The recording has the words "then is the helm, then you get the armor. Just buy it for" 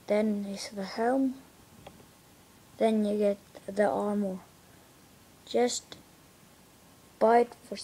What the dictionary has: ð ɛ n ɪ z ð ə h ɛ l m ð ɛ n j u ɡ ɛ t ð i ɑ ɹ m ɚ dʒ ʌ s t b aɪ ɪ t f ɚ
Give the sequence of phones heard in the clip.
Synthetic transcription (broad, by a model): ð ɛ n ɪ s ð ə h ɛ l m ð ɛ n j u ɡ ɛ t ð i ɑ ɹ m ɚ dʒ ʌ s t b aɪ ɪ t f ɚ